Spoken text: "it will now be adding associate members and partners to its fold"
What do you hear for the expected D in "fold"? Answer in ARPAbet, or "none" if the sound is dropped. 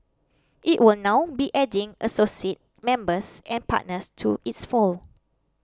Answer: none